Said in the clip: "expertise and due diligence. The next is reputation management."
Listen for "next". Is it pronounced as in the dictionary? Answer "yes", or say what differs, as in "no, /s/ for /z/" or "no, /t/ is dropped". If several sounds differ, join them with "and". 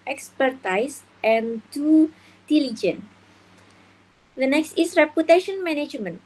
yes